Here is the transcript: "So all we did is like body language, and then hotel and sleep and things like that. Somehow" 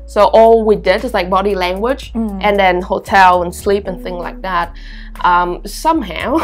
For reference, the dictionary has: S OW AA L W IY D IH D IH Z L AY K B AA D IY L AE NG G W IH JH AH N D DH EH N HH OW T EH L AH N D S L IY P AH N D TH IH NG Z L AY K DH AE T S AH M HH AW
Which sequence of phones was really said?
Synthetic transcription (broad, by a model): S OW AA L W IY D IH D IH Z L AY K B AA D IY L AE NG G W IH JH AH N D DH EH N HH OW T EH L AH N S L IY P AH N TH IH NG Z L AY K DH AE T S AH M HH AW